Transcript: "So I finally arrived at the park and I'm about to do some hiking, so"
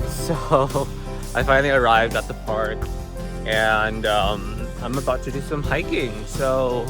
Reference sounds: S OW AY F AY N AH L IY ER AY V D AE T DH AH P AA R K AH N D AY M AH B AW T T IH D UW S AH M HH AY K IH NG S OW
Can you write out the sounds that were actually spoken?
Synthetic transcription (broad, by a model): S OW AY F AY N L IY ER AY V D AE T DH AH P AA R K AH N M AY M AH B AW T T IH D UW S AH M HH AY K IH NG S OW